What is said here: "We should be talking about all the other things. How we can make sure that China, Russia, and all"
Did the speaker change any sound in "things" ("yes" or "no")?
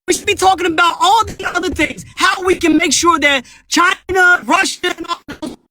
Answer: no